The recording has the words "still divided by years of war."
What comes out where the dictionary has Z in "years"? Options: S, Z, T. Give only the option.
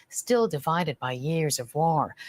Z